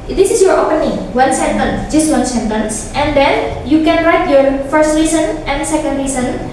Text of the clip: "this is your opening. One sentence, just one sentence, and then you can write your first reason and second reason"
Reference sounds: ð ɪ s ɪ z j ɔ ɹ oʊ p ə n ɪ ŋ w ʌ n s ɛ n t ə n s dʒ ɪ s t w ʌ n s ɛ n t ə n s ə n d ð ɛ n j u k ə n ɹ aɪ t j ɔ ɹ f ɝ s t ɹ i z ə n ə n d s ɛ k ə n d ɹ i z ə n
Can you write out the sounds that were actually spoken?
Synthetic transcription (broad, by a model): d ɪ s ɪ s j ɔ ɹ oʊ p ə n ɪ ŋ w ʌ n s ɛ n t ə n s dʒ ɪ s t w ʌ n s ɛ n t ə n s ə n d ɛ n j u k ə n ɹ aɪ t j ɔ ɹ f ɝ s t ɹ i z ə n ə n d s ɛ k ə n d ɹ i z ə n